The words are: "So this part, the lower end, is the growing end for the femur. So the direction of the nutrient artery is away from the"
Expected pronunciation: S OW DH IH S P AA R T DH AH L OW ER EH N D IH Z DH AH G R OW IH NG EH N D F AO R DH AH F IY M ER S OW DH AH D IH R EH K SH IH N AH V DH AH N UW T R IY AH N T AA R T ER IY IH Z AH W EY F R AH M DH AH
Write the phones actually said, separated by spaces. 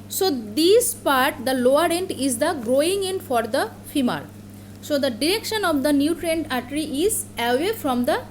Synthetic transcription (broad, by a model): S OW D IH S P AA R T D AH L OW ER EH N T IH Z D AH G R OW IH NG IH N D F AO R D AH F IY M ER S OW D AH D IH R EH K SH IH N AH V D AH N UW T R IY N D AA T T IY IH Z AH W EY F R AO M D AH